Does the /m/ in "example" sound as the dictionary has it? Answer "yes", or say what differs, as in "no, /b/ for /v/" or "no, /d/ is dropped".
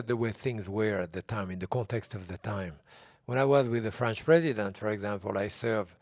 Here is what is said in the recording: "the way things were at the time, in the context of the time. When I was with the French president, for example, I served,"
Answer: yes